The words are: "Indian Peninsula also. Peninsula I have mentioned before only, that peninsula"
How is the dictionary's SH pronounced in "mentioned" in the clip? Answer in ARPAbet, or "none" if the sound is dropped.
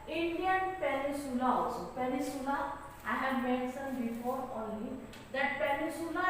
S